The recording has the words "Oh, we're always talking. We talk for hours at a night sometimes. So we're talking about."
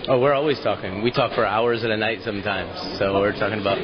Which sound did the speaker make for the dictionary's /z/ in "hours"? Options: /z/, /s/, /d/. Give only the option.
/z/